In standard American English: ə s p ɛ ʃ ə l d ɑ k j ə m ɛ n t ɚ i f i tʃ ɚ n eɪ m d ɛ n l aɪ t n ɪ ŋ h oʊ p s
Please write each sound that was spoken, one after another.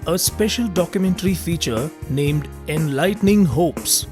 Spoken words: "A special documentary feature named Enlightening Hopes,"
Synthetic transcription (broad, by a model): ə s p ɛ ʃ ə l d ɑ k j ə m ɛ n t ɚ i f i tʃ ɚ n eɪ m d ɛ n l aɪ t n ɪ ŋ h oʊ p s